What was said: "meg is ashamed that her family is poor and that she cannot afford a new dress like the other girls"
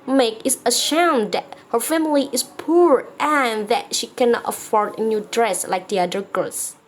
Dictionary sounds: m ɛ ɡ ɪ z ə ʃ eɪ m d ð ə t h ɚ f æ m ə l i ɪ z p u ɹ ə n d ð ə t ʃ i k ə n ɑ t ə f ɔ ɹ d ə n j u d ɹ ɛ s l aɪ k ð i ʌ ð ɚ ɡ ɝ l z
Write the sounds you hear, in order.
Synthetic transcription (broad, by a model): m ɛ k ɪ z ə ʃ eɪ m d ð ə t h ɚ f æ m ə l i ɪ s p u ɹ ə n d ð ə t ʃ i k ə n ɑ t ə f ɔ ɹ d ə n j u d ɹ ɛ s l aɪ k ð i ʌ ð ɚ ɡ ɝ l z